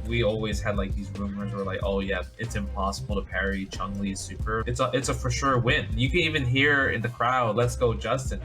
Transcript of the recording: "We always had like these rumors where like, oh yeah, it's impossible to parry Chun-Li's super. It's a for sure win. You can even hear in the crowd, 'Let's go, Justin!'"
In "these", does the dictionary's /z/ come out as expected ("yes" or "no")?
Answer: yes